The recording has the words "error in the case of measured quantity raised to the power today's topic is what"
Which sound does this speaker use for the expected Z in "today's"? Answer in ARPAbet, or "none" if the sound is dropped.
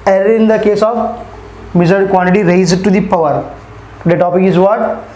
none